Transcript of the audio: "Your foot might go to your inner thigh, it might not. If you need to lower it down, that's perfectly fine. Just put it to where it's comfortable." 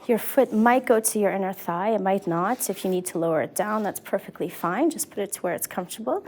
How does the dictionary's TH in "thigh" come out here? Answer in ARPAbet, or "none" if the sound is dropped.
TH